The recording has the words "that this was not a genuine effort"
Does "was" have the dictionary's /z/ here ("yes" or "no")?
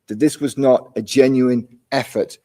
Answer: yes